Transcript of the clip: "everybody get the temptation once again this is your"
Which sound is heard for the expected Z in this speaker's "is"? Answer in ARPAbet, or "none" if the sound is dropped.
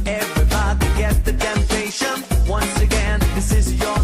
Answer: Z